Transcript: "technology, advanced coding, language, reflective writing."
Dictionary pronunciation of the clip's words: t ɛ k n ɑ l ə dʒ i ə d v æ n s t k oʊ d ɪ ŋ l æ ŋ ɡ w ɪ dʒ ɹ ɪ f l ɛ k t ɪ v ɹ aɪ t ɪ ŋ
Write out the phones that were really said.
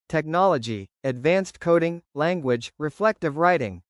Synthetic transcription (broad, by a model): t ɛ k n ɑ l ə dʒ i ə d v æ n s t k oʊ d ɪ ŋ l æ ŋ ɡ w ɪ dʒ ɹ ɪ f l ɛ k t ɪ v ɹ aɪ t ɪ ŋ